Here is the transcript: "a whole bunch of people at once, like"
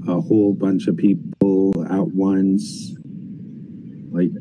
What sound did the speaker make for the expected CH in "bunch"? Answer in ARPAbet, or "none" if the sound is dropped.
CH